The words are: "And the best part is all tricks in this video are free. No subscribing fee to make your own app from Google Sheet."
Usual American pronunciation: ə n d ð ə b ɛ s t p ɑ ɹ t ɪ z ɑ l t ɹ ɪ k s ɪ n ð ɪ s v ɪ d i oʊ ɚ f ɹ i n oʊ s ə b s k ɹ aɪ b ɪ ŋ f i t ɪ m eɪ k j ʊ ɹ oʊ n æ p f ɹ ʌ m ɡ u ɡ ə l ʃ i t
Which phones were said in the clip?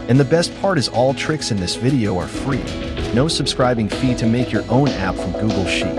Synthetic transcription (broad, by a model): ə n ð ə b ɛ s t p ɑ ɹ t ɪ z ɑ l t ɹ ɪ k s ɪ n ð ɪ s v ɪ d i oʊ ɚ f ɹ i n oʊ s ə b s k ɹ aɪ b ɪ ŋ f i t ɪ m eɪ k j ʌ ɹ oʊ n æ p f ɹ ʌ m ɡ u ɡ l ʃ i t